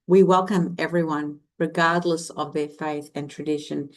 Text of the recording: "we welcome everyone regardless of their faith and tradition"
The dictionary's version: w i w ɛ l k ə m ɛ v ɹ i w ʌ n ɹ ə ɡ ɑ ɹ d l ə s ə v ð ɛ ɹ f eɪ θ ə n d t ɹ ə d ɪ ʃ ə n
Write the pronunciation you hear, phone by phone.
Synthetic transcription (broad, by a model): w i w ɛ l k ə m ɛ v ɹ i w ʌ n ɹ ə ɡ ɑ ɹ d l ə s ə v ð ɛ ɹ f eɪ θ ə n t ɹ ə d ɪ ʃ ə n